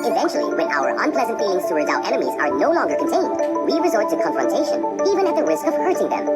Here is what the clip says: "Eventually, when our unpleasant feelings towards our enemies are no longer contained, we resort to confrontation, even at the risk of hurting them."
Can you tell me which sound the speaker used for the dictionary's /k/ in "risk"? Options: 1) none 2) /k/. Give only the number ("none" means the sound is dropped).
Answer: 2